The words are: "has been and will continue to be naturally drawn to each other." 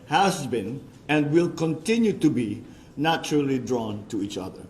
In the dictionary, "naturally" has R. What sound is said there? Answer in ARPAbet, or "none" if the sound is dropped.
R